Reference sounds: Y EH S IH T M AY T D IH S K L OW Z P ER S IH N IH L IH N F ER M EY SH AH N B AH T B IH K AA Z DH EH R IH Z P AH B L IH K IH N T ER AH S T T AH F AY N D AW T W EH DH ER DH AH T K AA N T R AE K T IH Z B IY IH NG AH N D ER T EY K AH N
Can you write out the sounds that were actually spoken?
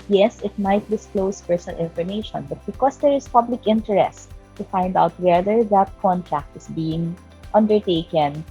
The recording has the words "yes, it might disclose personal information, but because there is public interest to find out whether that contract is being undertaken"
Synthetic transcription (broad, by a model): Y EH S IH T M AY T D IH S K L OW S P ER S IH N IH L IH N F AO M EY SH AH N B AH T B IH K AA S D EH R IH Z P AH B L IH K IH N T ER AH S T T AH F AY N D AW T W EH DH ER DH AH T K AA N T R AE K T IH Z B IY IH NG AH N D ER T EY K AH N